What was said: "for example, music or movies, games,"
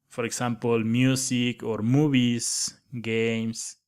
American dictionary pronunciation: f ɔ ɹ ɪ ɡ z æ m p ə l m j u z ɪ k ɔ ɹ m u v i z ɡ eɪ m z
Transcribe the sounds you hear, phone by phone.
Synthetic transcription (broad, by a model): f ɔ ɹ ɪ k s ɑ m p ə l m j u s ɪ k ɔ ɹ m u b i s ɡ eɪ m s